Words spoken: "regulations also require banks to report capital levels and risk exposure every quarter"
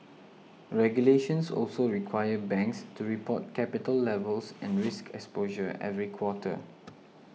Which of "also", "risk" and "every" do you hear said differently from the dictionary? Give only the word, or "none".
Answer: none